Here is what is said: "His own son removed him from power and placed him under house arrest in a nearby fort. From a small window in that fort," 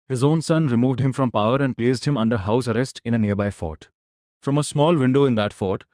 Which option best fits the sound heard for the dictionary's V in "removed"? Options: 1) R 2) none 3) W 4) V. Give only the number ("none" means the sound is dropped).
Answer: 4